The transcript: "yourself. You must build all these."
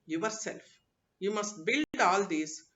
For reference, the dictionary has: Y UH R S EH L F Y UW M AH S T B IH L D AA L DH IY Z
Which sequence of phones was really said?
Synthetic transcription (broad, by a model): Y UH R S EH L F Y UW M AH S T B IH L D AA L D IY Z